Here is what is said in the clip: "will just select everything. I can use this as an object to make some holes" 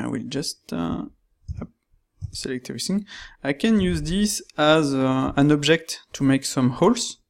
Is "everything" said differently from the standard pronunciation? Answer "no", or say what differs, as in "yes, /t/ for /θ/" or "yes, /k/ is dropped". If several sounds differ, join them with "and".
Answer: yes, /v/ is dropped and /s/ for /θ/